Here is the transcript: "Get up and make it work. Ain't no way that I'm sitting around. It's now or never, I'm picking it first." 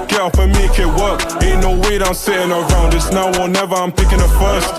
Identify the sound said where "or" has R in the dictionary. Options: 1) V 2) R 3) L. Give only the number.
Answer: 3